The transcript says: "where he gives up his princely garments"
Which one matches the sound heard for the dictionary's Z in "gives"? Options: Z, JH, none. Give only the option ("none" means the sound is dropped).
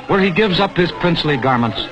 Z